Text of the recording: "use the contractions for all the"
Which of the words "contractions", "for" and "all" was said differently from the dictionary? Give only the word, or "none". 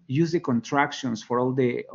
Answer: contractions